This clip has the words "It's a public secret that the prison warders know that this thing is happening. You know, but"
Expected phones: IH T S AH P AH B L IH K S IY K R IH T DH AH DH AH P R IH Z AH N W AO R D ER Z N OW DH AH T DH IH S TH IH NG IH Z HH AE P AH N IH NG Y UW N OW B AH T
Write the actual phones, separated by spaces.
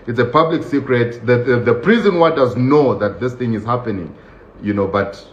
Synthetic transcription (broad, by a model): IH T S AH P AH B L IH K S IY K R IH T DH AH DH AH P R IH Z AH N W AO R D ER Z N OW DH AH T DH IH S TH IH NG IH Z HH AE P AH N IH NG Y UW N OW B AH T